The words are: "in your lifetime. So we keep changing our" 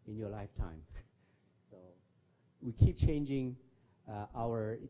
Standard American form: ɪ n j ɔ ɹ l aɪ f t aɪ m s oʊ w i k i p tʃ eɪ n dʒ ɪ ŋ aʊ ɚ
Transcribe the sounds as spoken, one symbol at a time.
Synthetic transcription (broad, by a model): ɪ n j ɔ ɹ l aɪ f t aɪ m s oʊ w i k i p tʃ eɪ n dʒ ɪ ŋ aʊ ɚ